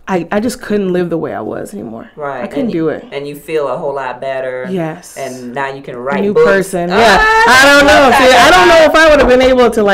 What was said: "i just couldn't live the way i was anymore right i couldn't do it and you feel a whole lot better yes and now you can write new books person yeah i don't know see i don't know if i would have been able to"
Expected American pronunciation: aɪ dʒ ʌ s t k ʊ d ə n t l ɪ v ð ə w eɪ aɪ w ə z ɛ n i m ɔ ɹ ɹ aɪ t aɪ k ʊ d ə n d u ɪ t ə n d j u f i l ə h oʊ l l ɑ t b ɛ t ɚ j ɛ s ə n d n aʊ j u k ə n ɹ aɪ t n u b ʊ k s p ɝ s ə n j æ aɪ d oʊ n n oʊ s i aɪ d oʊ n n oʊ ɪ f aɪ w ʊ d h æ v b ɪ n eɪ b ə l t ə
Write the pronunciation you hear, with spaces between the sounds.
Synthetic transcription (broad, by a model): aɪ dʒ ʌ s k ʊ d n t l ɪ v ð ə w eɪ aɪ w ə z ɛ n i m ɔ ɹ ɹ aɪ aɪ k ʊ d n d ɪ ɪ t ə n j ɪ f i l ə h oʊ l l ɑ t b ɛ t ɚ j ɛ s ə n n aʊ j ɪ k ə n ɹ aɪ n u p ɝ s ə n j æ aɪ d oʊ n n oʊ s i aɪ d oʊ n n oʊ ɪ f aɪ w ʊ d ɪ v b ɪ n eɪ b l t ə